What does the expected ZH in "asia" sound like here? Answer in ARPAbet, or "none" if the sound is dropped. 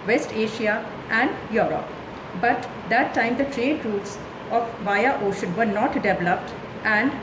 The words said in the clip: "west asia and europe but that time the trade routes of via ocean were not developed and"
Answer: SH